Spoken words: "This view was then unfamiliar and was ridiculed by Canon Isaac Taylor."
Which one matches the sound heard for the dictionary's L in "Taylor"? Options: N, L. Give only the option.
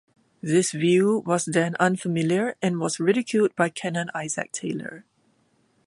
L